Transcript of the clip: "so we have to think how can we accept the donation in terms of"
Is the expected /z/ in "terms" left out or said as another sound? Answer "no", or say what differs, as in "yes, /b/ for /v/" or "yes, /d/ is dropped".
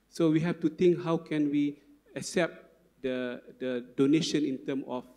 yes, /z/ is dropped